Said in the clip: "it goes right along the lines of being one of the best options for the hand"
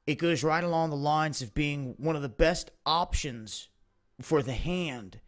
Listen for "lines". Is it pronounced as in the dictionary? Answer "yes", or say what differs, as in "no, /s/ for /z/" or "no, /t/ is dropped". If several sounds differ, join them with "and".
yes